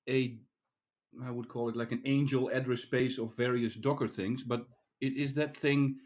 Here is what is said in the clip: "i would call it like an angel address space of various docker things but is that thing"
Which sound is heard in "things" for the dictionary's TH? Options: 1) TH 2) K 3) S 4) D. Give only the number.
1